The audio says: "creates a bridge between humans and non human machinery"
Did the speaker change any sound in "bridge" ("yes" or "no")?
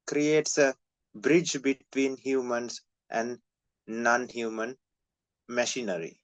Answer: no